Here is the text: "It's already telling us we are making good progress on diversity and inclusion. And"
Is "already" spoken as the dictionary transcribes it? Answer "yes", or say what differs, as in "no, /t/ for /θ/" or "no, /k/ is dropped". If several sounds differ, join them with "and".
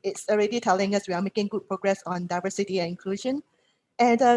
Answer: yes